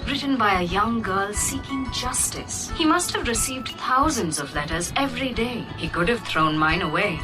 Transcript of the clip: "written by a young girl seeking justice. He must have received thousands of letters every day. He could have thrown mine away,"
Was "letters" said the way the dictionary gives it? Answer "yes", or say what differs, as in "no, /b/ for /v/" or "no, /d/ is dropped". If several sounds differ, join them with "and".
yes